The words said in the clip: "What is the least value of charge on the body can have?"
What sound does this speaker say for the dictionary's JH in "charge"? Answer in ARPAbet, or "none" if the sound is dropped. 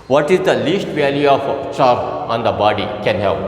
none